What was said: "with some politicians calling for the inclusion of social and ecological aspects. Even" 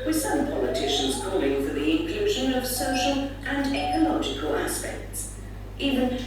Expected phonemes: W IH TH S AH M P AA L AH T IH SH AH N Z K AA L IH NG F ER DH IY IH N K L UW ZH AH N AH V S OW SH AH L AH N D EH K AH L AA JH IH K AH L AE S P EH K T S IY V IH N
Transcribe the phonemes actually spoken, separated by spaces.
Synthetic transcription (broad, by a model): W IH S AH M P AA L AH T IH SH AH N Z K AA L IH NG F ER DH IY IH N K L UW ZH AH N AH V S OW SH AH L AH N EH K AH L AA JH IH K AH L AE S P EH K T S IY V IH N